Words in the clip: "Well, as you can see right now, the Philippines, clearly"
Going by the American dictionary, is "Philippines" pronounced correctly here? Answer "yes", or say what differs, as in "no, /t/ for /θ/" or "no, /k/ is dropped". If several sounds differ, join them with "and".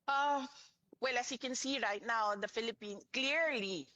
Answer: no, /z/ is dropped